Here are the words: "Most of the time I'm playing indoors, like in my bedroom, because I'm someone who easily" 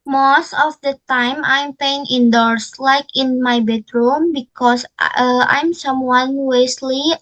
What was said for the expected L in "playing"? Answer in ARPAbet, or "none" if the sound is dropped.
none